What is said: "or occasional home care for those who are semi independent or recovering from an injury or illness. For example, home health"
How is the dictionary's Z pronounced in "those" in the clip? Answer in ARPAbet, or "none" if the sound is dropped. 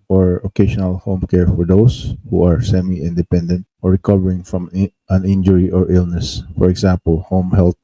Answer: S